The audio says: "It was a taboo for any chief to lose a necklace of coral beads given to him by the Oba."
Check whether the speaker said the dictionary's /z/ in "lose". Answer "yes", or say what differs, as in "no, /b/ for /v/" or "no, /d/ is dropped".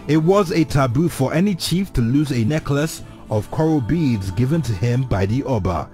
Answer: yes